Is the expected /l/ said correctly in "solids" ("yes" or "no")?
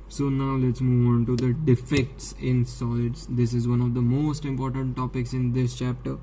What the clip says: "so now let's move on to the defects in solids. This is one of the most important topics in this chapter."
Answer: no